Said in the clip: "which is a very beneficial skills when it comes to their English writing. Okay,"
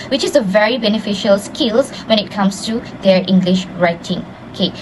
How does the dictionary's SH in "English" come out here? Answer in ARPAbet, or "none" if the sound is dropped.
SH